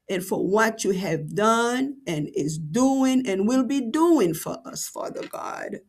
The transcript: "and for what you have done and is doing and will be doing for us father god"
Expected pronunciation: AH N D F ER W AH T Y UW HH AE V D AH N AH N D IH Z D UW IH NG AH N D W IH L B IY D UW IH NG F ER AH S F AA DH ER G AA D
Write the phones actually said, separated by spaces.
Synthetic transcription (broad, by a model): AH N F ER W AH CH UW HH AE V D AH N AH N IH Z D UW IH NG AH N W IH L B IY D UW IH NG F ER AH S F AA DH ER G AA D